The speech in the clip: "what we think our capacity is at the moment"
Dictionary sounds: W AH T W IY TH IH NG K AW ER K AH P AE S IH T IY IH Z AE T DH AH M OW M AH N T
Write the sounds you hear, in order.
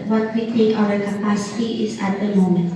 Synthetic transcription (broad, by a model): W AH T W IY T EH K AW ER K AH P AE S IH T IY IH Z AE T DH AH M OW M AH N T